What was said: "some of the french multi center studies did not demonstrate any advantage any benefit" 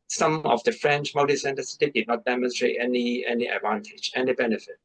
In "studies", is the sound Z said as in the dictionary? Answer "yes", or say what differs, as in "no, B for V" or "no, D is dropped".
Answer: no, Z is dropped